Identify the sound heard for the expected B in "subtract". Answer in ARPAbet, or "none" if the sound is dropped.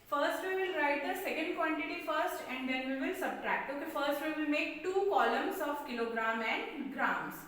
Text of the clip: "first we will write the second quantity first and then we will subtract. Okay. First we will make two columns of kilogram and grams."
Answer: B